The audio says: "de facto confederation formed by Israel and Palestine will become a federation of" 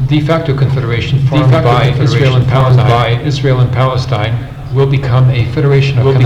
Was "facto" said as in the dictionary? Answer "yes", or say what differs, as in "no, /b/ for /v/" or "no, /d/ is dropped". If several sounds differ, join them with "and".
yes